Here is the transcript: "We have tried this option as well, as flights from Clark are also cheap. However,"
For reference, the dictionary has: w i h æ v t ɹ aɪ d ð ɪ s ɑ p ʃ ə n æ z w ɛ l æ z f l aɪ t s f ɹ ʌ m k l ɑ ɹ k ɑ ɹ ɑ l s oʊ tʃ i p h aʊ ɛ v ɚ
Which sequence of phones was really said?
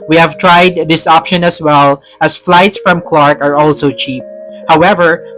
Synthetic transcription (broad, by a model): w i h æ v t ɹ aɪ d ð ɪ s ɑ p ʃ ə n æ s w ɛ l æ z f l aɪ t s f ɹ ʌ m k l ɑ ɹ k ɑ ɹ ɑ l s oʊ tʃ i p h aʊ ɛ v ɚ